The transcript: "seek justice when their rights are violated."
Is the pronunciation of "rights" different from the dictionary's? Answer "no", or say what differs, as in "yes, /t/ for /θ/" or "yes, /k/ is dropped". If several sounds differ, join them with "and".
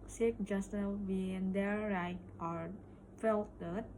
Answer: yes, /s/ is dropped